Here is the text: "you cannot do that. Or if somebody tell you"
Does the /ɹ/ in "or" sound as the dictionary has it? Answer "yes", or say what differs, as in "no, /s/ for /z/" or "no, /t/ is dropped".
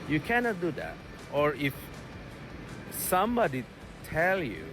yes